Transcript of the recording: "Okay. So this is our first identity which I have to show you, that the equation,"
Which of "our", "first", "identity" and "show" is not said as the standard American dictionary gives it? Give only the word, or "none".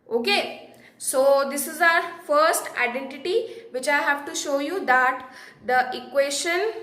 none